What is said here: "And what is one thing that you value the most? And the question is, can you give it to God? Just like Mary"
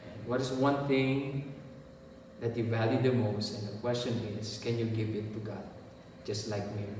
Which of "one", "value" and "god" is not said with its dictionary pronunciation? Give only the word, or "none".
none